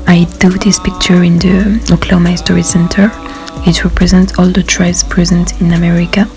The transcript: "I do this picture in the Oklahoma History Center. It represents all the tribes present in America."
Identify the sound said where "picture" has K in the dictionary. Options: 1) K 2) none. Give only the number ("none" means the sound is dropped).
1